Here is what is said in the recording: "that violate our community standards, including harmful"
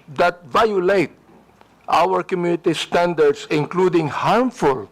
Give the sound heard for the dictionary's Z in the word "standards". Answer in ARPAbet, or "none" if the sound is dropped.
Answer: S